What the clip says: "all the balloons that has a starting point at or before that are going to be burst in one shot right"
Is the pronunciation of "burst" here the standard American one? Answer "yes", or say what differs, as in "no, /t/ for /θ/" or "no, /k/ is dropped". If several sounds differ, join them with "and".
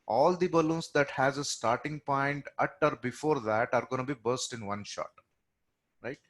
yes